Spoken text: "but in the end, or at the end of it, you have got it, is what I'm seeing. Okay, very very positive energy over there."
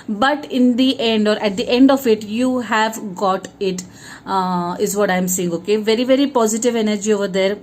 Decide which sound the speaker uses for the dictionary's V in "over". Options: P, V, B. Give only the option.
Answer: V